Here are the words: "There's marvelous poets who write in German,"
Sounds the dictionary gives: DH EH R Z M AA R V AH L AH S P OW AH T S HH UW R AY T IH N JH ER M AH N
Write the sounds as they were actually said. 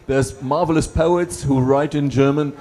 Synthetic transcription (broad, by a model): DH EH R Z M AA R V AH L AH S P OW AH T S HH UW R AY T IH N JH ER M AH N